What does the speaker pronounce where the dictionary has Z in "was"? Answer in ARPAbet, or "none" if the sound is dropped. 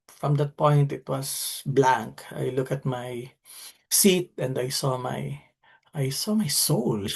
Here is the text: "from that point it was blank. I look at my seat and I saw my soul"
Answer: S